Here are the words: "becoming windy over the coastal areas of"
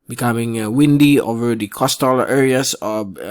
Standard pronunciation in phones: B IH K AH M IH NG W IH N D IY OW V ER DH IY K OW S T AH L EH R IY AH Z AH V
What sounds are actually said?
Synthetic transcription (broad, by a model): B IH K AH M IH NG W IH N D IY OW V ER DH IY K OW S T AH L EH R IY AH S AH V